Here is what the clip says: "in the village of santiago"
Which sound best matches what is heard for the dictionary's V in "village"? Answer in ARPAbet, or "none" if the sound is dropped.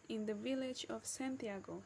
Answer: V